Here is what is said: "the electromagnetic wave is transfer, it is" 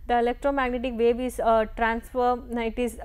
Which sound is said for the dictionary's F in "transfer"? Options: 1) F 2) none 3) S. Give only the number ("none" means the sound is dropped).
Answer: 1